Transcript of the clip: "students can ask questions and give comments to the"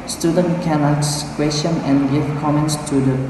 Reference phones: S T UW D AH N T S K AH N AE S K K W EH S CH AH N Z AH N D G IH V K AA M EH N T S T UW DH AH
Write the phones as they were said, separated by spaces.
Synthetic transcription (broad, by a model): S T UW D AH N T K AH N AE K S K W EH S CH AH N AH N G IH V K AA M EH N T S T UW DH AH